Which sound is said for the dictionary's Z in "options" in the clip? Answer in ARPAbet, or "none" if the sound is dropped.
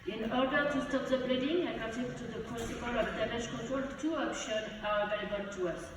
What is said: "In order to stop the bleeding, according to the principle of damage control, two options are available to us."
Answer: none